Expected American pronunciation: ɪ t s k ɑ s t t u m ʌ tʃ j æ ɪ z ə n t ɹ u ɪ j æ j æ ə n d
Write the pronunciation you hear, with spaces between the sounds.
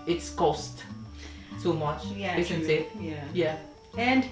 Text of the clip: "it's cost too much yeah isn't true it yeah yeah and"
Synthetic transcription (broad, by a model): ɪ t s k ɑ s t s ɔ m ʌ tʃ j æ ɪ s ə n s ɪ j æ j æ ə n d